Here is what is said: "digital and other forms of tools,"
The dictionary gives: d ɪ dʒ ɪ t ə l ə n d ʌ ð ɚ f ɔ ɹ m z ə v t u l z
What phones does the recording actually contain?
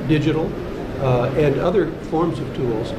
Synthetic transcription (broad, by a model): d ɪ dʒ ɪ t l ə n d ʌ ð ɚ f ɔ ɹ m z ə v t u l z